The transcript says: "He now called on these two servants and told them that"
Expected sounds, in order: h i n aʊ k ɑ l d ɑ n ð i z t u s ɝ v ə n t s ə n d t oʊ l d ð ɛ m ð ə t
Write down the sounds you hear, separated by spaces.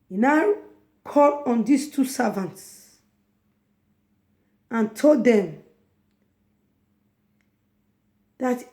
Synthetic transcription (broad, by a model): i n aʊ k ɑ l ɑ n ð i s t u s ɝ v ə n t s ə n t oʊ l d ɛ m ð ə t